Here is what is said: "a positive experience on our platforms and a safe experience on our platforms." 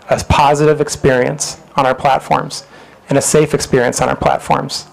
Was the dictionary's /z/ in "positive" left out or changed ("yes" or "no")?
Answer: no